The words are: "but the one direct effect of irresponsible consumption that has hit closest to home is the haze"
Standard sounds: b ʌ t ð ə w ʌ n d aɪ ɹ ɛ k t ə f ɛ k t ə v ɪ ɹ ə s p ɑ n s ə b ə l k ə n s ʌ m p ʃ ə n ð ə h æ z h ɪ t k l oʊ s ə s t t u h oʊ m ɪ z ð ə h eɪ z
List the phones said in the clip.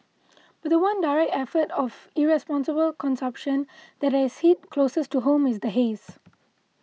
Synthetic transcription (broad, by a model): b ʌ t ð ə w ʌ n d aɪ ɹ ɛ k t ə f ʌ t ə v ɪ ɹ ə s p ɑ n s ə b ə l k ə n s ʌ m p ʃ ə n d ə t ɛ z h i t k l oʊ s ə s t t u h oʊ m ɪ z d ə h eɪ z